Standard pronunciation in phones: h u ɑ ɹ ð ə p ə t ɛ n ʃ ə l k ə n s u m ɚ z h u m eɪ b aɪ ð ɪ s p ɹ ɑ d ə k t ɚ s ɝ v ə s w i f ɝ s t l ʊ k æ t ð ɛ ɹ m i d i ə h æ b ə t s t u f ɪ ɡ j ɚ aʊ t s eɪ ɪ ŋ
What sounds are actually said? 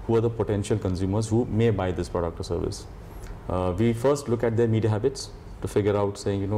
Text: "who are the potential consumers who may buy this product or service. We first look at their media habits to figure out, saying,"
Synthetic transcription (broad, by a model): h u ɑ ɹ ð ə p ə t ɛ n ʃ ə l k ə n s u m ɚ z h u m eɪ b aɪ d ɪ s p ɹ ɑ d ə k t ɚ s ɝ v ə s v i f ɝ s t l ʊ k æ t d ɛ ɹ m i d i ə h æ b ə t s t u f ɪ ɡ j ɚ aʊ t s eɪ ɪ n